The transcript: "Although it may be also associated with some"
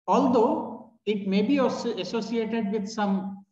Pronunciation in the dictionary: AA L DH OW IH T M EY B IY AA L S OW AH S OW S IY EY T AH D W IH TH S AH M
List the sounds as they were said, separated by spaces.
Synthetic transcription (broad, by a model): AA L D OW IH T M EY B IY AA S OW AH S OW S IY EY T AH D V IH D S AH M